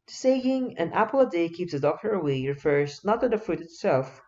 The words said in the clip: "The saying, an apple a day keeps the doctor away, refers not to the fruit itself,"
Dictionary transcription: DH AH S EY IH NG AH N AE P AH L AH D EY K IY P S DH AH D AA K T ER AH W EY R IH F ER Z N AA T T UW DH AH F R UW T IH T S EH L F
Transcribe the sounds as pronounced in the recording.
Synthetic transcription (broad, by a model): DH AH S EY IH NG AH N AE P AH L AH D EY K IY P S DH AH D AA K T ER AH W EY R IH F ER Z N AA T T UW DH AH F UW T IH T S EH L F